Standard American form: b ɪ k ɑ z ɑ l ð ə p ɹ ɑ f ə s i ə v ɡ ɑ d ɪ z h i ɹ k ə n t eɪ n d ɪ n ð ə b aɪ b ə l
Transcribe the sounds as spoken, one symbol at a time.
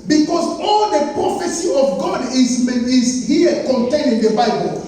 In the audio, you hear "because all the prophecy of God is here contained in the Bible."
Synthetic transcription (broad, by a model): b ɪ k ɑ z ɑ l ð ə p ɹ ɑ f ə s i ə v ɡ ɑ d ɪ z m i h k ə n t eɪ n ɪ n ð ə b aɪ b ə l